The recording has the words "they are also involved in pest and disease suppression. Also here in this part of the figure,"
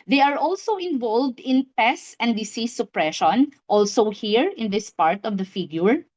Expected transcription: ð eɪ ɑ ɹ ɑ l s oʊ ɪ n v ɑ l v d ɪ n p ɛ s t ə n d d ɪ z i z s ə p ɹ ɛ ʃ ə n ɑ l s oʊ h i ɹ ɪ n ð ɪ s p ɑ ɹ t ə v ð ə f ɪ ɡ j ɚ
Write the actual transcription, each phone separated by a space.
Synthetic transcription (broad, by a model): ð eɪ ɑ ɹ ɑ l s oʊ ɪ n v ɑ l v d ɪ n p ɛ s ə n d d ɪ s i s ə p ɹ ɛ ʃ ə n ɑ l s oʊ h i ɹ ɪ n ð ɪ s p ɑ ɹ t ə v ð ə f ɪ ɡ j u